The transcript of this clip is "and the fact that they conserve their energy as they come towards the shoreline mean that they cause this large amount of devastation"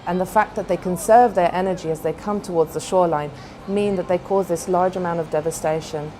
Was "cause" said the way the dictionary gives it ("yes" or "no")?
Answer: yes